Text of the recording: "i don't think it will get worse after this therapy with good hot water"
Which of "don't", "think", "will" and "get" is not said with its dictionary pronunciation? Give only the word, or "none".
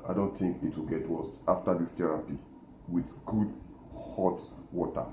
none